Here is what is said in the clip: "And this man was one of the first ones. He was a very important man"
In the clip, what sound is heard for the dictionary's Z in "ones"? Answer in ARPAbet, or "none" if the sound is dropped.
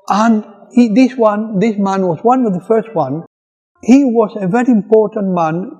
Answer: none